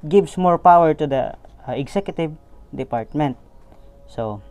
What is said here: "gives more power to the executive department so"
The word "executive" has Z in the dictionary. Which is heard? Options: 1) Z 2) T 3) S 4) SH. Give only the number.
3